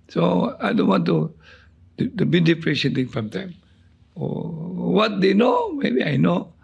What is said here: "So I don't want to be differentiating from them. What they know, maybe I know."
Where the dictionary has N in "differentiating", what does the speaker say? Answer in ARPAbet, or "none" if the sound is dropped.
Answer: none